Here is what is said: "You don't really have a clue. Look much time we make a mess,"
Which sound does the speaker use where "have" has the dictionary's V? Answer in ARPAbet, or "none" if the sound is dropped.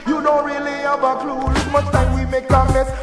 B